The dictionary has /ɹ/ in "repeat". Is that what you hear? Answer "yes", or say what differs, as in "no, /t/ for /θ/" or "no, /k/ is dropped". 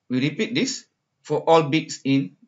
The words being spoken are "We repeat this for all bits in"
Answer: yes